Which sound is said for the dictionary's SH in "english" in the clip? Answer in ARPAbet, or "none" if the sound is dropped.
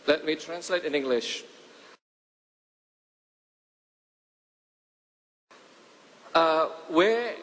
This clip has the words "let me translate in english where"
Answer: SH